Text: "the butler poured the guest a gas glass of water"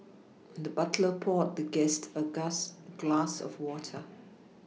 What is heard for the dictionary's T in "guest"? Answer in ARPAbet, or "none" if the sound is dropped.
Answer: T